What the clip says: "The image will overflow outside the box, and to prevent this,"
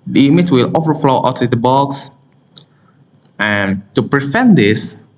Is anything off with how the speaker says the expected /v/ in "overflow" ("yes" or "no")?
no